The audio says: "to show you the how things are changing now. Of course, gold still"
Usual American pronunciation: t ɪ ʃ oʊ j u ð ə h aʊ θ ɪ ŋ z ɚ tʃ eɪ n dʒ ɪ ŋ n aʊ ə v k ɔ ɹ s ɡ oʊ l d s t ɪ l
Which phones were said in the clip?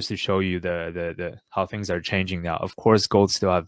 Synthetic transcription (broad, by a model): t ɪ ʃ oʊ j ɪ ð ə h aʊ θ ɪ ŋ z ɚ tʃ eɪ n dʒ ɪ ŋ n aʊ ə v k ɔ ɹ s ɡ oʊ l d s t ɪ l